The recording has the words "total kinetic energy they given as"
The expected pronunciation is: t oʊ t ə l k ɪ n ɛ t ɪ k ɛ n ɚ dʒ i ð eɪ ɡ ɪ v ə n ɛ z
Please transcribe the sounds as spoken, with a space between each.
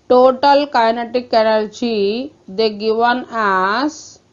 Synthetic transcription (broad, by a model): t oʊ t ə l k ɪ n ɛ t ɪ k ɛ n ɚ tʃ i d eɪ ɡ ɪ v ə n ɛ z